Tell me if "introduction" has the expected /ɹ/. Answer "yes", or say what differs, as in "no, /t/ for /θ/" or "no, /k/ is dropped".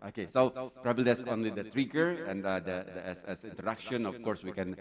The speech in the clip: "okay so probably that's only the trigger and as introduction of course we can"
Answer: no, /ɹ/ is dropped